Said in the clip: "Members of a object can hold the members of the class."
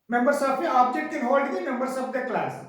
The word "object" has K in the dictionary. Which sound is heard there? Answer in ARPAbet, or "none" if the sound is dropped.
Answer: none